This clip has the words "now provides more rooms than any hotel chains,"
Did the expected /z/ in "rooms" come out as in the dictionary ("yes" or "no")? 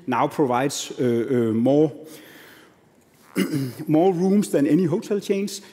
no